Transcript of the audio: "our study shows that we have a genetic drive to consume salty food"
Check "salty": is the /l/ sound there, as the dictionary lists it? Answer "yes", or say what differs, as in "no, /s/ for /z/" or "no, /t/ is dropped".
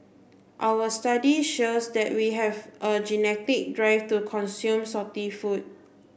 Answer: no, /l/ is dropped